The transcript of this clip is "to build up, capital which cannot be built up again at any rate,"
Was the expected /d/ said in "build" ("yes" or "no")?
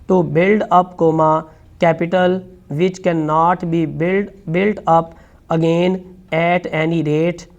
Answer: yes